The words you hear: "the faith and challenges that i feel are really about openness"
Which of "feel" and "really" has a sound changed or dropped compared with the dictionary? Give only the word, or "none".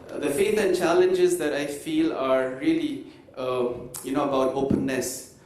really